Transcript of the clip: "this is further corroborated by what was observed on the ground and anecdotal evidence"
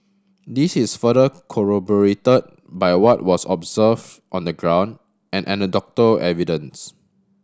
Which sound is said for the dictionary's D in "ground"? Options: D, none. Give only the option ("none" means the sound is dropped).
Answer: D